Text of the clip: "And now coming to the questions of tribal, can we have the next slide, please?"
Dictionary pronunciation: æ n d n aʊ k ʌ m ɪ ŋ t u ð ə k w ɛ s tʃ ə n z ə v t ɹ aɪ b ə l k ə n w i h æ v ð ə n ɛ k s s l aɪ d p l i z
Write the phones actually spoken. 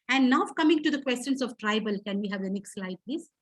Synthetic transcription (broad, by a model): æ n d n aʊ k ʌ m ɪ ŋ t u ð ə k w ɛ s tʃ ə n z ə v t ɹ aɪ b ə l k ə n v i h æ v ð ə n ɛ k s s l aɪ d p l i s